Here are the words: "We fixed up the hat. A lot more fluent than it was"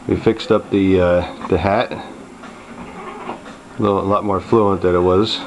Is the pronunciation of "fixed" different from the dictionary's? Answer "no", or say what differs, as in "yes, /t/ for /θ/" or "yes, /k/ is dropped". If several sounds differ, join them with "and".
no